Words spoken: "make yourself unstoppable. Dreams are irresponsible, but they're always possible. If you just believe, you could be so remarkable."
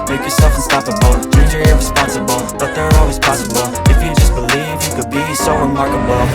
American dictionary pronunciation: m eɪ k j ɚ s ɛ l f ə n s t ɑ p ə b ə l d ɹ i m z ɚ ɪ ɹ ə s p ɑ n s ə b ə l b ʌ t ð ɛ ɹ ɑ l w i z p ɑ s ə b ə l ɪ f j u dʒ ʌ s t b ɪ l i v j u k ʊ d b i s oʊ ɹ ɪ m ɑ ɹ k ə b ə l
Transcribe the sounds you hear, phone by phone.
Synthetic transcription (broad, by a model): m eɪ k j ɚ s ɛ l f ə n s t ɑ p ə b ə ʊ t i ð ɚ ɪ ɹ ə s p ɑ n s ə b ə l b ʌ t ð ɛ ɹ ɑ l w i z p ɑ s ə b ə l ɪ f j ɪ dʒ ʌ s b ɪ l i v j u k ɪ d b i s oʊ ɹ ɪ m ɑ ɹ k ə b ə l